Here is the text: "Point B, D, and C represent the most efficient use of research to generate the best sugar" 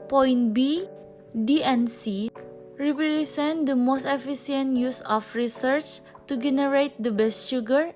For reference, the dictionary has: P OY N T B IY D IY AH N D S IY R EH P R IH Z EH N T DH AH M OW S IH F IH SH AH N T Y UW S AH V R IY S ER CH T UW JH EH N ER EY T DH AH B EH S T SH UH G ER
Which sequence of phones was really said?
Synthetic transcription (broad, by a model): P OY N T B IY D IY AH N S IY R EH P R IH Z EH N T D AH M OW S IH F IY S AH N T Y UW S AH F R IY S ER CH T UW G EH N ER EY T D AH B EH S T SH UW G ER